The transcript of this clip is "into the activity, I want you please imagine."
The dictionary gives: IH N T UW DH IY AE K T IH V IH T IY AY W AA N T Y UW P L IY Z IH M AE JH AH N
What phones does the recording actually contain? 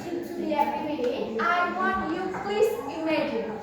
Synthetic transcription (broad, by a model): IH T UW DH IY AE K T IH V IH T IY AY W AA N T Y UW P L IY S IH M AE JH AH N